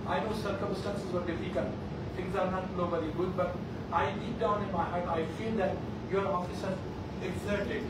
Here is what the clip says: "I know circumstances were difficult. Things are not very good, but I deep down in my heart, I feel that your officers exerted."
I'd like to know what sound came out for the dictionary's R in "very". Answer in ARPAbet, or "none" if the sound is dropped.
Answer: L